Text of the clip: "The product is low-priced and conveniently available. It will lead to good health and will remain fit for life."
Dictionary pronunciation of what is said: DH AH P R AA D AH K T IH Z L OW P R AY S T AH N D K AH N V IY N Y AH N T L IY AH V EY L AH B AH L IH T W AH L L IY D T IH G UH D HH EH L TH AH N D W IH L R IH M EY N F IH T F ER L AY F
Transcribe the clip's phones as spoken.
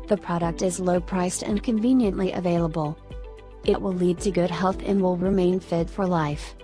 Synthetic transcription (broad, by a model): DH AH P R AA D AH K T IH Z L OW P R AY S T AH N K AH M V IY N Y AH N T L IY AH V EY L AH B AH L IH T W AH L L IY D T IH G UH D HH EH L TH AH N W IH L R IH M EY N F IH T F ER L AY F